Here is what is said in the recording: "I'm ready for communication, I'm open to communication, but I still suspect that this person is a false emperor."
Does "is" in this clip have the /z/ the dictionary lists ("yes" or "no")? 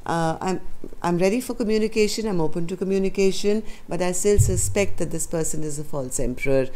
yes